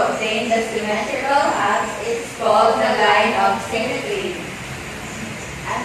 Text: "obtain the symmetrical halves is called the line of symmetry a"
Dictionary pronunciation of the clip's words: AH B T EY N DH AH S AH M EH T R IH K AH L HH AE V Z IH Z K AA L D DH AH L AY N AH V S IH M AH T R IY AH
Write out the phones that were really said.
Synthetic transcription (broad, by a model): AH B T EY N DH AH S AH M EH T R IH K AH L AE Z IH S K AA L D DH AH L AY N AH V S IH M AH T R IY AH